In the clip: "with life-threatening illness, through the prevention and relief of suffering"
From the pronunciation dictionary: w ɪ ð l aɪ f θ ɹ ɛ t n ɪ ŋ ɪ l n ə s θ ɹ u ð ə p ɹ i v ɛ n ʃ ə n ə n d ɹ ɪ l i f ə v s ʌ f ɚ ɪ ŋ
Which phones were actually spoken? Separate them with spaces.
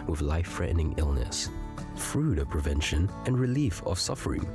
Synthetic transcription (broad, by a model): w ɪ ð l aɪ f ɹ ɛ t n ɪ ŋ ɪ l n ə s f ɹ u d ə p ɹ i v ɛ n ʃ ə n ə n ɹ ɪ l i f ə v s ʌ f ɚ ɪ ŋ